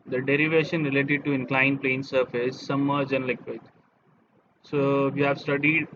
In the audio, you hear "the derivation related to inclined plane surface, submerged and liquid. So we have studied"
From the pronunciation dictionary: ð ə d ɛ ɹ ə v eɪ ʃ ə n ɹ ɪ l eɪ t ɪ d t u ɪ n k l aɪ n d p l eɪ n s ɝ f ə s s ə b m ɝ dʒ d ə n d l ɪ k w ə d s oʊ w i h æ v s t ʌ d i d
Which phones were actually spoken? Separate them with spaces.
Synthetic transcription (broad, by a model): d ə d ɛ ɹ ə v eɪ ʃ ə n ɹ ɪ l eɪ t ɪ d t u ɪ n k l aɪ n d p l eɪ n s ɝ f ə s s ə m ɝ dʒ ə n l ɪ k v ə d s oʊ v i h æ v s t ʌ d i d